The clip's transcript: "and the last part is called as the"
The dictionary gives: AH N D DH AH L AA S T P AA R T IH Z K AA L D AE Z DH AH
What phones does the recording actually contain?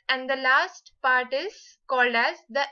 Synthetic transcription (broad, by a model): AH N D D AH L AA S T P AA R T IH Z K AA L D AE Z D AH